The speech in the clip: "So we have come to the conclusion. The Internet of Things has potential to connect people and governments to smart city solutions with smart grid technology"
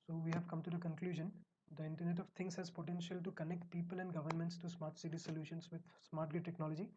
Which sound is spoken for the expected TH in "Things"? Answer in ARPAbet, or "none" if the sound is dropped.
T